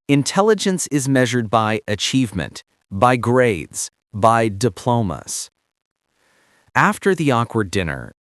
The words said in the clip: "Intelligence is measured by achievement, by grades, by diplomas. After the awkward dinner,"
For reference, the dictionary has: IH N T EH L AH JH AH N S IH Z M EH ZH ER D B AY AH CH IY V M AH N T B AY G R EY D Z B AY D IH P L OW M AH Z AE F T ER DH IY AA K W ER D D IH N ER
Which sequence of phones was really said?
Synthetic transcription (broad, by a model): IH N T EH L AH JH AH N S IH Z M EH ZH ER D B AY AH CH IY V M AH N T B AY G R EY D Z B AY D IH P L OW M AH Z AE F T ER DH IY AA K W ER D D IH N ER